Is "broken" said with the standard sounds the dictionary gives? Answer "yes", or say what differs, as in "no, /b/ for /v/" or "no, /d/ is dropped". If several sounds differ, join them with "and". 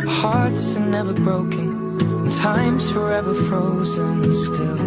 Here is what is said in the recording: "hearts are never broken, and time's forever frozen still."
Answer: no, /k/ is dropped